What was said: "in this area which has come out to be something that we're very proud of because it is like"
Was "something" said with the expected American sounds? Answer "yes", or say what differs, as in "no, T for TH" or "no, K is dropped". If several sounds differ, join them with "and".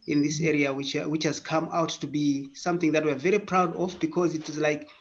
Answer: yes